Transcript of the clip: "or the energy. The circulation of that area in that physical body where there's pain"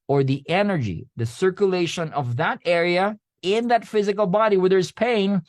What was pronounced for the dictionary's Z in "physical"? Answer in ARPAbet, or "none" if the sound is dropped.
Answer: Z